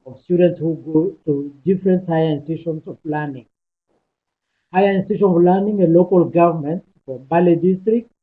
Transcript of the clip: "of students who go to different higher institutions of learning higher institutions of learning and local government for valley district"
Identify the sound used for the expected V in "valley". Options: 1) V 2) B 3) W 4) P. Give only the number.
2